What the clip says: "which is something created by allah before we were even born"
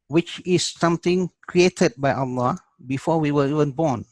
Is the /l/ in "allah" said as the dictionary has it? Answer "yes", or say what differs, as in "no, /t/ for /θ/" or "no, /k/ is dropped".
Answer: yes